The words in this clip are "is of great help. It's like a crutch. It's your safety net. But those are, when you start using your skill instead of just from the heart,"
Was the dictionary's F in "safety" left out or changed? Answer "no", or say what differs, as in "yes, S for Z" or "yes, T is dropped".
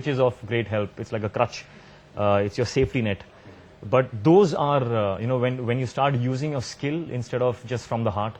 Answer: no